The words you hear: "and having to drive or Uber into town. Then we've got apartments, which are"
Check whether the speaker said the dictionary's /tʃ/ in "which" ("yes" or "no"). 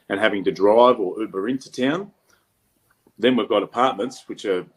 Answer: yes